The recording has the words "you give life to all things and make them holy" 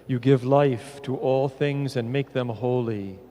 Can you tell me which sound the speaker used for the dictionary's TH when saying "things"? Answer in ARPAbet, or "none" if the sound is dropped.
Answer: TH